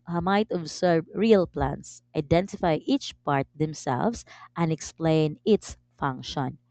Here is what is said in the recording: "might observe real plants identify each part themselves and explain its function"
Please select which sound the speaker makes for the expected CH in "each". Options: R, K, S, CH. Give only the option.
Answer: CH